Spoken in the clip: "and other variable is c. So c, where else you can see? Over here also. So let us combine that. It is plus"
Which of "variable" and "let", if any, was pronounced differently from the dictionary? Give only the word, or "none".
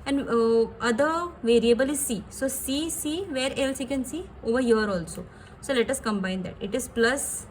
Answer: none